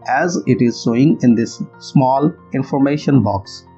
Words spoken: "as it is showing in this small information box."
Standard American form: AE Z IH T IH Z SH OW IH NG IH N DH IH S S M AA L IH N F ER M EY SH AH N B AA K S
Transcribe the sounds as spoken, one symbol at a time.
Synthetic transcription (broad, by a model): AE Z IH T IH Z S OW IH NG IH N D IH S S M AA L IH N F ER M EY SH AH N B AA K S